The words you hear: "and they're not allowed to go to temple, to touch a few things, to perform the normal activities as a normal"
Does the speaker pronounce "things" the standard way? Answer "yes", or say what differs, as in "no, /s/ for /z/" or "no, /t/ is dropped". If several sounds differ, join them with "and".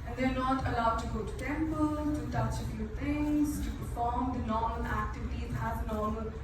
no, /t/ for /θ/